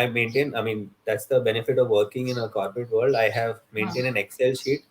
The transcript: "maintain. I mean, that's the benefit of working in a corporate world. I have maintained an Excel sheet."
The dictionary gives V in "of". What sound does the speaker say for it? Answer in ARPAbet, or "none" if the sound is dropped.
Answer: V